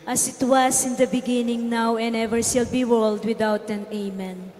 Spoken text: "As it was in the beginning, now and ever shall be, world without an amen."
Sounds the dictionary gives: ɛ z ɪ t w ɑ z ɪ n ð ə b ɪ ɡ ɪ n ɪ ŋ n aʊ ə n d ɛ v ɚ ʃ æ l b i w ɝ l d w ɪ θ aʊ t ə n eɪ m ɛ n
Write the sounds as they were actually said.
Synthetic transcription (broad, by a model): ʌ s ɪ t w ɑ s ɪ n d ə b ɪ ɡ ɪ n ɪ ŋ n aʊ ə n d ɛ v ɚ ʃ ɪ l b i w ɝ l d w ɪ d aʊ t ə n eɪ m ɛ n